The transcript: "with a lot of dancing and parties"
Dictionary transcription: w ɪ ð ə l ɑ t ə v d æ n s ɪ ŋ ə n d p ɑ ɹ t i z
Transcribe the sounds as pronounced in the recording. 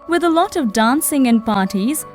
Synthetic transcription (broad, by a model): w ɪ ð ə l ɑ t ə v d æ n s ɪ ŋ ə n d p ɑ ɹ t i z